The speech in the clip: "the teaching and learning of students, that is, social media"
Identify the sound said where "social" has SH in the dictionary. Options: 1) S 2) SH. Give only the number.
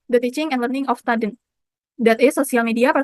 1